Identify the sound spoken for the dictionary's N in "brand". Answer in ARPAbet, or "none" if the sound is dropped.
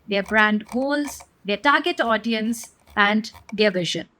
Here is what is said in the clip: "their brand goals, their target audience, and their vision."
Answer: N